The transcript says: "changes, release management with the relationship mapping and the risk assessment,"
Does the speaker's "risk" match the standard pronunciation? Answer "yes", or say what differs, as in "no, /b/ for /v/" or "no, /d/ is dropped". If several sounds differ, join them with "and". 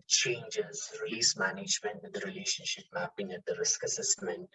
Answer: yes